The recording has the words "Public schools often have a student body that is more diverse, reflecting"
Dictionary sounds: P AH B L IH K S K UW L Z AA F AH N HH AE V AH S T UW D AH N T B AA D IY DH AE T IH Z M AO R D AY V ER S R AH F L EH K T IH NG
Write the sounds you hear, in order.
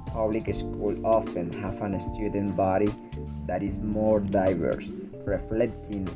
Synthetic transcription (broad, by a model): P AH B L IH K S K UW L AA F AH N HH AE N AH S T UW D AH N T B AA D IY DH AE T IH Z M AO R D AY V ER S R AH F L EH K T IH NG